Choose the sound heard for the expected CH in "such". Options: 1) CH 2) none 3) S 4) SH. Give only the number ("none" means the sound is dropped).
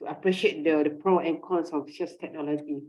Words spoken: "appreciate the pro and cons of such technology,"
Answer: 3